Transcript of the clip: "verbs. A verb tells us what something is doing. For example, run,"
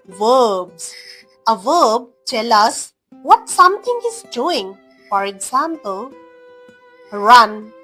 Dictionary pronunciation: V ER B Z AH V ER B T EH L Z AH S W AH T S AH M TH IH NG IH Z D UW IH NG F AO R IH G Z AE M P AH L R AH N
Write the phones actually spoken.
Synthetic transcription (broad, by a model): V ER B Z AH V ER B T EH L AH S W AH T S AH M T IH NG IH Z D UW IH NG F AO R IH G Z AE M P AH L R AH N